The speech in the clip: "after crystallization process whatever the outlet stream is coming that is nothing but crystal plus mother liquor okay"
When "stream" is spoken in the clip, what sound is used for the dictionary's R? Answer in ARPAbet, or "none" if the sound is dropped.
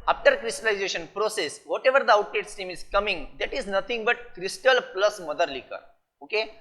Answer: none